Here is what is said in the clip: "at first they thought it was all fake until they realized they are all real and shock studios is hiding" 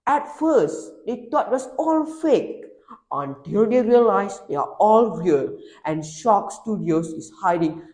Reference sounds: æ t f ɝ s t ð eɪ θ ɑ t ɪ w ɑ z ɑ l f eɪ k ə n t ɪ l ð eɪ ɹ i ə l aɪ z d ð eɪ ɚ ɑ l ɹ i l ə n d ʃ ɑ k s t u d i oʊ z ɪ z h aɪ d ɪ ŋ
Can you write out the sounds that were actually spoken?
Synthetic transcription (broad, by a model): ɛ t f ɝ s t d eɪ t ɑ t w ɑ s ɑ l f eɪ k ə n t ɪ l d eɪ ɹ i ə l aɪ s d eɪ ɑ ɑ l ɹ i l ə n ʃ ɑ k s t u d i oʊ s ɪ s h aɪ d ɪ ŋ